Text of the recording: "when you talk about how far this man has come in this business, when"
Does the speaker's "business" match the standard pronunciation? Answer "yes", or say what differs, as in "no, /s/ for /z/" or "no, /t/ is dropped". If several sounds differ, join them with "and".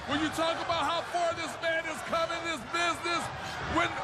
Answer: yes